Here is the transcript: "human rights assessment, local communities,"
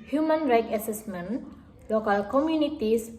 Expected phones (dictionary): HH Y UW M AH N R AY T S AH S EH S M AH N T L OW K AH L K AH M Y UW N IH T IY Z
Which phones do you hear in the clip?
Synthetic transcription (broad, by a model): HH Y UW M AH N R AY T AH S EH S M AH N L OW K AH L K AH M Y UW N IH T IY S